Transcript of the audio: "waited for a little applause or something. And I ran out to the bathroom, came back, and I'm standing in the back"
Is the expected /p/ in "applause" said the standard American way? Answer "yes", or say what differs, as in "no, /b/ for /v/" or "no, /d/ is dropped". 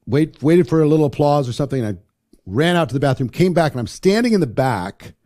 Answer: yes